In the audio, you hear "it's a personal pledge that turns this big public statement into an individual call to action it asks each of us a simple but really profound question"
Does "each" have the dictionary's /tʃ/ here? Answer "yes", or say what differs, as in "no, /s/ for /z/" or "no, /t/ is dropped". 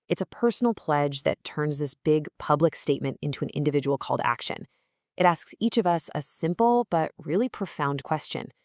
yes